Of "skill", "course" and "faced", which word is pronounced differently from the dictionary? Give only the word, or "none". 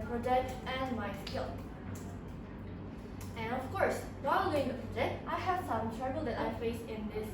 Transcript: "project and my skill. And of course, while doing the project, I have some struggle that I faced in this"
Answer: faced